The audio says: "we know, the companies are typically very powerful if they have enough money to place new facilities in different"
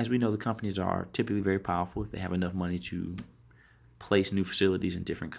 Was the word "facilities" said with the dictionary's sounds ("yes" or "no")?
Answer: yes